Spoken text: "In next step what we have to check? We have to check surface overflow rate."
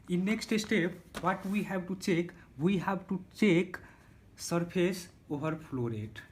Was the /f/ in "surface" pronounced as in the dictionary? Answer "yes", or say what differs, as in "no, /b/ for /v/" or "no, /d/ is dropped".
no, /p/ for /f/